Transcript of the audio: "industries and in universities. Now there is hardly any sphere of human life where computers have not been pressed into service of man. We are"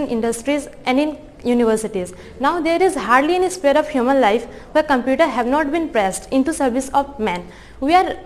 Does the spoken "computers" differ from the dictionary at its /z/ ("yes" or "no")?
yes